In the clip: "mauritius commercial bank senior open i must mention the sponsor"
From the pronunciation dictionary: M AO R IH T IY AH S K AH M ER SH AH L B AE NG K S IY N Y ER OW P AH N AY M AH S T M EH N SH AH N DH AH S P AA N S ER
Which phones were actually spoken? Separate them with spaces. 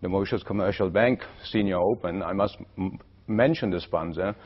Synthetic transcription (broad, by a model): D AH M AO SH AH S K AH M ER SH AH L B AE NG K S IY N Y ER OW P AH N AY M AH S T M EH N SH AH N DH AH S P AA N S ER